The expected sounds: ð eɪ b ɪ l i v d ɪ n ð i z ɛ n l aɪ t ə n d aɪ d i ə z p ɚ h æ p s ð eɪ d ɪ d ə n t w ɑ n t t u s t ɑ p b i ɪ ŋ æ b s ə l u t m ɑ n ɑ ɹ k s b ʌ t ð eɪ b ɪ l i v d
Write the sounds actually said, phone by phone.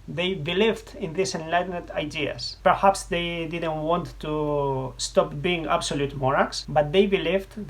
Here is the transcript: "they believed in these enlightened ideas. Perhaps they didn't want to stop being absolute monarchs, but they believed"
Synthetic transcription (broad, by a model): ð eɪ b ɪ l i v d ɪ n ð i s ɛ n l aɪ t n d aɪ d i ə s p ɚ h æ p s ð eɪ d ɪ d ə n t w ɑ n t t u s t ɑ p b i ɪ ŋ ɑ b s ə l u t m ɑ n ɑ k s b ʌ t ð eɪ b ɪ l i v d